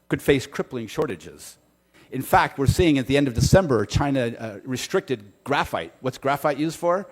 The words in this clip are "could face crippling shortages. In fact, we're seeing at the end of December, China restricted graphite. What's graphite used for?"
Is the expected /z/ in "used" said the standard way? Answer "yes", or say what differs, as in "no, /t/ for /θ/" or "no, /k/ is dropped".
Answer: yes